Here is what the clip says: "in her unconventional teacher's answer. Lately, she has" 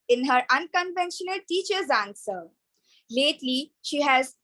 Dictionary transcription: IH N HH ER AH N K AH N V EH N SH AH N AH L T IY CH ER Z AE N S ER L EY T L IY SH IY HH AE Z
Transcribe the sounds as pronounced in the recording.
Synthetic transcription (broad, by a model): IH N HH ER AH N K AH N V EH N SH AH N AH L T IY CH ER Z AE N S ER L EY T L IY SH IY HH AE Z